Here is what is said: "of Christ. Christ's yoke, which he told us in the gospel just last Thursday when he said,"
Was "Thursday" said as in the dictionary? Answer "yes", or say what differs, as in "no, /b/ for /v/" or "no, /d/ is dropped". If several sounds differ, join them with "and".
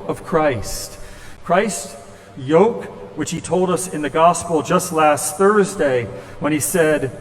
yes